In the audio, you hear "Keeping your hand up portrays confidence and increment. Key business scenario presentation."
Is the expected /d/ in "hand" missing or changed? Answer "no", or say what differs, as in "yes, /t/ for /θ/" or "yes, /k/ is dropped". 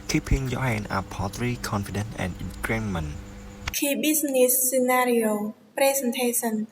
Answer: yes, /d/ is dropped